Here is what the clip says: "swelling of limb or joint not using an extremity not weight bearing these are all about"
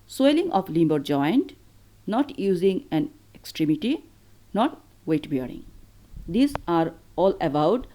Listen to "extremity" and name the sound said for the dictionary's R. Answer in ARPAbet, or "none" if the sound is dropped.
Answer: R